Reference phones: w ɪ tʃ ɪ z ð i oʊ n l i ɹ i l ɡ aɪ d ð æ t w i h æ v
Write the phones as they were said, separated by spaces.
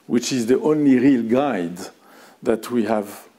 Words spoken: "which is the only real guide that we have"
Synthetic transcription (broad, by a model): w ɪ tʃ ɪ z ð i oʊ n l i ɹ i l ɡ aɪ d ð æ t w i h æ v